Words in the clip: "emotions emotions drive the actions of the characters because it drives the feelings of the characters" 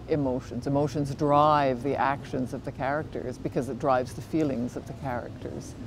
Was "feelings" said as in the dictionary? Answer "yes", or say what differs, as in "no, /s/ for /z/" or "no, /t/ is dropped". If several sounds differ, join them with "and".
yes